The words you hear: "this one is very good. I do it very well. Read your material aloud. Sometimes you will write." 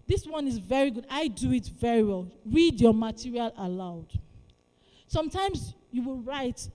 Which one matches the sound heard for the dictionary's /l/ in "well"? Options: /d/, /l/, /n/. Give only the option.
/l/